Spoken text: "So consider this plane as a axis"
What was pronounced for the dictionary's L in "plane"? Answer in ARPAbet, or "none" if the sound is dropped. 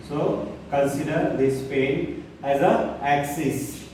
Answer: none